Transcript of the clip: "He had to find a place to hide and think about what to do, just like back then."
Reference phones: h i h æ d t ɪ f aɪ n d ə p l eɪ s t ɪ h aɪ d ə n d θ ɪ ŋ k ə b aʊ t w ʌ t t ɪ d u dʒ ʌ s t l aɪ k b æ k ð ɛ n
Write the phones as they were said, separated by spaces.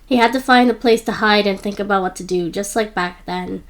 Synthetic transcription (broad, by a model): h i h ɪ d t ɪ f aɪ n d ə p l eɪ s t ɪ h aɪ d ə n θ ɪ ŋ k ə b aʊ t w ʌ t t ɪ d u dʒ ʌ s t l aɪ k b æ k ð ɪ n